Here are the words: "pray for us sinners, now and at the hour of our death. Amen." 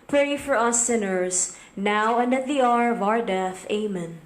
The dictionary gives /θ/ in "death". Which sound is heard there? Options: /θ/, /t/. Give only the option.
/θ/